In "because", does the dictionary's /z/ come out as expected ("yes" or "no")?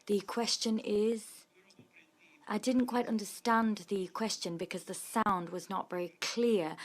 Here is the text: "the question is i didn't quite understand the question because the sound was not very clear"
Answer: yes